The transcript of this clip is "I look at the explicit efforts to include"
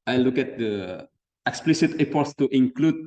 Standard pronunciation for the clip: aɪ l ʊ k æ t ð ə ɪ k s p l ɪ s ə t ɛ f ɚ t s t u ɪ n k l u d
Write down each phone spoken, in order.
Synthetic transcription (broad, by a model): aɪ l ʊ k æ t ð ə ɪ k s p l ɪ s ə t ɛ p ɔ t s t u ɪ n k l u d